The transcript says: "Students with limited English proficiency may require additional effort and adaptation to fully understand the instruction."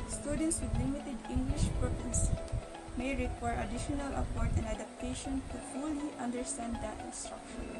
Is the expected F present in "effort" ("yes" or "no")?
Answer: no